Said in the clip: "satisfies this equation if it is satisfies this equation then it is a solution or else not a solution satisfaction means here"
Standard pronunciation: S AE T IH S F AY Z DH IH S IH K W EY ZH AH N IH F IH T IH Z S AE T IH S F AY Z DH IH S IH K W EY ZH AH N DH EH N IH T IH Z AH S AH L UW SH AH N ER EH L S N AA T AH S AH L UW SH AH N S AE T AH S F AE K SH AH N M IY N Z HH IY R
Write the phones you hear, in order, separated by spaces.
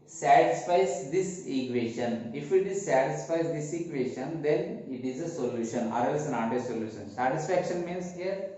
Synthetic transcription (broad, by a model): S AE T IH S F AY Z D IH S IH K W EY SH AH N IH F IH T IH Z S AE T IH S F AY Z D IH S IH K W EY SH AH N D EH N IH T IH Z AH S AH L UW SH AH N ER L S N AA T AH S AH L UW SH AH N S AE T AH S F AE K SH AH N M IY N S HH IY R